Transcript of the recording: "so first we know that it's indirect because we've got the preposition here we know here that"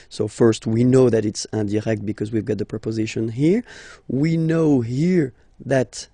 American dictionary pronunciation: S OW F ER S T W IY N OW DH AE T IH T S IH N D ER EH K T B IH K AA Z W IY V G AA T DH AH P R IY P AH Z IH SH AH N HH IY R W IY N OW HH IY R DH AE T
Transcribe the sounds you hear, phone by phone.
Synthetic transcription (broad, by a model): S OW F ER S T W IY N OW DH AE T IH T S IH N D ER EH K T B IH K AA Z W IY V G AA T DH AH P R IY P AH Z IH SH AH N HH IY R W IY N OW HH IY R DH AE T